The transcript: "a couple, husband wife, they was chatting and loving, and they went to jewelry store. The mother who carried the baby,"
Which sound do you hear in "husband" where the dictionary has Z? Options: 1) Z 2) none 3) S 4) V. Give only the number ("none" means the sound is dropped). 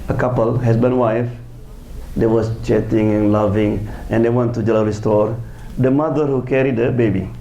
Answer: 3